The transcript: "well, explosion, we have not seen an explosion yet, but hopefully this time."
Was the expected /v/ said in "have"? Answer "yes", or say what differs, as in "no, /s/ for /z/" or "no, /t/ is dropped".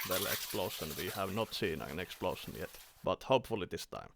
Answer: yes